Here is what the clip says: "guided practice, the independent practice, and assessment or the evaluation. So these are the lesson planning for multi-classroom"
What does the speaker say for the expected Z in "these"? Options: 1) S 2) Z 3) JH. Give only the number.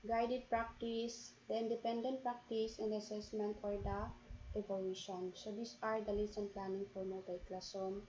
1